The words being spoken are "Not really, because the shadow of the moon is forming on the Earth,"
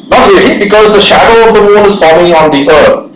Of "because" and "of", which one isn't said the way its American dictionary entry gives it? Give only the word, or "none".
none